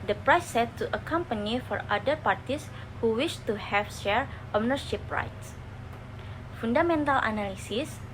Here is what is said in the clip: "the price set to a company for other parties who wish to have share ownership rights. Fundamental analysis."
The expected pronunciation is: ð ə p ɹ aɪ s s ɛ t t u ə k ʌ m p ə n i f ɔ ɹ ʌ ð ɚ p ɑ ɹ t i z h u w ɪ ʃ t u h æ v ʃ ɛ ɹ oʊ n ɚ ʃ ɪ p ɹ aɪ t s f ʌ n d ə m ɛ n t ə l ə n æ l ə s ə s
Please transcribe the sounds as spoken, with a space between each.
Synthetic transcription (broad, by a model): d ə p ɹ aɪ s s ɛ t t u ə k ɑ m p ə n i f ɔ ɹ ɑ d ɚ p ɑ ɹ t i s h u w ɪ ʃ t u h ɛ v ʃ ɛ ɹ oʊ n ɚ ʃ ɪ p ɹ aɪ t s f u n d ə m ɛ n t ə l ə n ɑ l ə s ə s